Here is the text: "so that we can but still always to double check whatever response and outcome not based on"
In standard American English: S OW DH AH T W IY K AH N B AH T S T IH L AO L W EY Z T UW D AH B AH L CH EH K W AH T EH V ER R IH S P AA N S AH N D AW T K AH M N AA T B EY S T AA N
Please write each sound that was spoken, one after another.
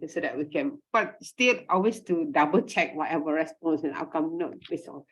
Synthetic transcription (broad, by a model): S OW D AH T W IY K AH N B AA T S T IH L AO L W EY S T UW D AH B AH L CH EH K W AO T EH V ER R IH S P AA N S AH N AW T K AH M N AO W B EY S AA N